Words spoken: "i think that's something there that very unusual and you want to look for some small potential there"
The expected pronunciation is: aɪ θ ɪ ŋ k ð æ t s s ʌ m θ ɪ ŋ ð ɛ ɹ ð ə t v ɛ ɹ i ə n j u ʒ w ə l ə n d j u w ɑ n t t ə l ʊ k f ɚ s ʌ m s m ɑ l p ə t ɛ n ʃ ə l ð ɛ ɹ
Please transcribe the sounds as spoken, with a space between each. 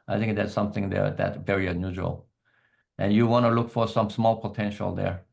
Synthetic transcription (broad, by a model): aɪ θ ɪ ŋ k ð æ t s s ʌ m θ ɪ ŋ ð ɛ ɹ ð ə t v ɛ ɹ i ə n j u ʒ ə l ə n j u w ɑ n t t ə l ʊ k f ɚ s ʌ m s m ɑ l p ə t ɛ n ʃ ə l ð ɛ ɹ